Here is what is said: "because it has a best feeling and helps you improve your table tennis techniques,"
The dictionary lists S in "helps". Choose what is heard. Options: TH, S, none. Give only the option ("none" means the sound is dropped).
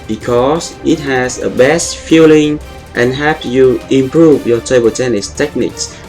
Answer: none